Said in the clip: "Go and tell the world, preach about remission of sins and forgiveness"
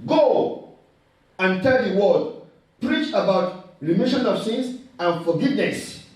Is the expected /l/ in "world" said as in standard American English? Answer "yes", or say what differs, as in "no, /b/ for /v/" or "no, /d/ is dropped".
no, /l/ is dropped